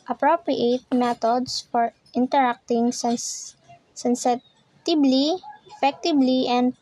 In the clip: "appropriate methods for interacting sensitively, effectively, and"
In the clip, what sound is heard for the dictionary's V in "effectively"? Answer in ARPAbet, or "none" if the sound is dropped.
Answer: B